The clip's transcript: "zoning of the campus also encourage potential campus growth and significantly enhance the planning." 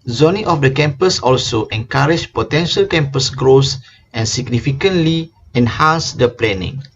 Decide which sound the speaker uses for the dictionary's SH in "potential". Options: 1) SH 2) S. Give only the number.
1